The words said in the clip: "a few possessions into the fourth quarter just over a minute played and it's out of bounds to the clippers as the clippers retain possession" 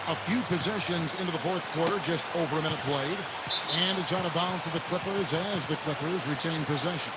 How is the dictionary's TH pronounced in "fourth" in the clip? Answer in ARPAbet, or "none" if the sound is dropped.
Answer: TH